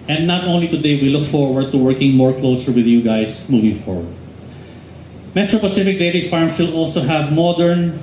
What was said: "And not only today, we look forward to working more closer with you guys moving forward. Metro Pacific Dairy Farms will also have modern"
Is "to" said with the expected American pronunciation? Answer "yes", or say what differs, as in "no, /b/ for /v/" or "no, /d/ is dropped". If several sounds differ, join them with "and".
yes